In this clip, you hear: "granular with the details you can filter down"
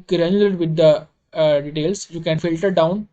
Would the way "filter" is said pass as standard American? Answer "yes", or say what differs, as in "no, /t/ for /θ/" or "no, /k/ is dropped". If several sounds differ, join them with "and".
yes